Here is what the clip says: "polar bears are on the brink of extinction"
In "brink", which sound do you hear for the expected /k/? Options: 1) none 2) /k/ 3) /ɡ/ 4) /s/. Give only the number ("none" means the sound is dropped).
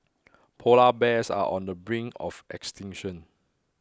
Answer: 1